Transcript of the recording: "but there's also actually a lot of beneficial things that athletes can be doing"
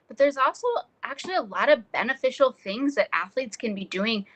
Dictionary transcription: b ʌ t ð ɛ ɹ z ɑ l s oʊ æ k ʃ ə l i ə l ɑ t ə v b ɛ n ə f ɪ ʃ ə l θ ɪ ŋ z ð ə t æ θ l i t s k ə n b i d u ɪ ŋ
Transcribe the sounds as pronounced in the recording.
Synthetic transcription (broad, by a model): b ʌ t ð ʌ ɹ z ɑ l s oʊ æ k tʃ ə l i ə l ɑ t ə v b ɛ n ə f ɪ ʃ l θ ɪ ŋ z ð ə t æ θ l i t s k ə n b i d u ɪ ŋ